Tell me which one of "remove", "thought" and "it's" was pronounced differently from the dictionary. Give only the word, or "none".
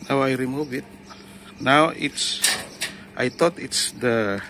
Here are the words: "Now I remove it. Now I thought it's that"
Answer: thought